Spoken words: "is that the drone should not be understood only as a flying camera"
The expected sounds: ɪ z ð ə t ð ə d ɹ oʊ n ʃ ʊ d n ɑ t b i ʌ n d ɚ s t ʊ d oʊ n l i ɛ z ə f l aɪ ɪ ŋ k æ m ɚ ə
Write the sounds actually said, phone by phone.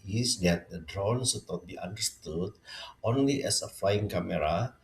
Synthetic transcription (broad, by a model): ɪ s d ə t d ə d ɹ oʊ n s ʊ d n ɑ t b i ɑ n d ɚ s t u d oʊ n l i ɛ s ə f l aɪ ɪ ŋ k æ m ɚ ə